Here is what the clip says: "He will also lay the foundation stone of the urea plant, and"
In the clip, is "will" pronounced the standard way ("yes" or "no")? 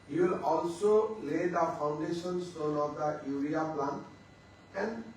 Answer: yes